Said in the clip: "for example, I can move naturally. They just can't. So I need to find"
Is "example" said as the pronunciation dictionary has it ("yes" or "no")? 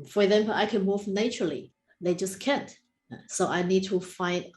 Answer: no